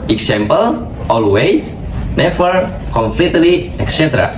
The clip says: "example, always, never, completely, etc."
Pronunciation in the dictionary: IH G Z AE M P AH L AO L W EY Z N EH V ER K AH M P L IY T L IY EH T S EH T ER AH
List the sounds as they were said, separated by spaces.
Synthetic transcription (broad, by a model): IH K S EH M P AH L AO L W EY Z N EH F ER K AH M F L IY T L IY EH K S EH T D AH